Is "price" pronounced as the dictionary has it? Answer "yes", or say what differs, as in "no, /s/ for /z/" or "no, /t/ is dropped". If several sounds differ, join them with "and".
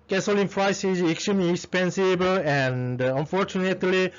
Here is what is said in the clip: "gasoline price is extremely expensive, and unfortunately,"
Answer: no, /f/ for /p/